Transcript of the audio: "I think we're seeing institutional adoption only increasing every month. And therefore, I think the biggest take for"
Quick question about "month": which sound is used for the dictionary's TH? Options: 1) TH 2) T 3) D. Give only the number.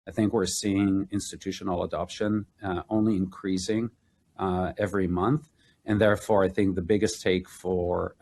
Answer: 1